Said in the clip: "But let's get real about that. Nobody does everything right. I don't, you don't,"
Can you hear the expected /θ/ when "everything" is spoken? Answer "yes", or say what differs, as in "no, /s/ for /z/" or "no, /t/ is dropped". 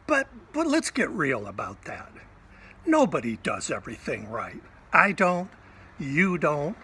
yes